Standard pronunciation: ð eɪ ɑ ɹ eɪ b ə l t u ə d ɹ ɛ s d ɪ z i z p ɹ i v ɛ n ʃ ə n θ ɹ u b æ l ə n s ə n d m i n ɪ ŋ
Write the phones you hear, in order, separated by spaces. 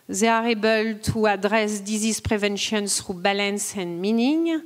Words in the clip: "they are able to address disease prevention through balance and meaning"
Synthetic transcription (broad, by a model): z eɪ ɑ ɹ eɪ b ə l t u ə d ɹ ɛ s d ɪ z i s p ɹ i v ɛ n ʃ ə n s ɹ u b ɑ l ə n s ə n m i n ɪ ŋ